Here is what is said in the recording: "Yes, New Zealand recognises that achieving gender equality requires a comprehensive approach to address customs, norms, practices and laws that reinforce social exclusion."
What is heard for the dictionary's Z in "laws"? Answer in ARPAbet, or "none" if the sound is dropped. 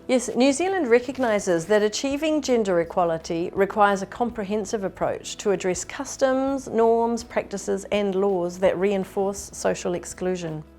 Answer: Z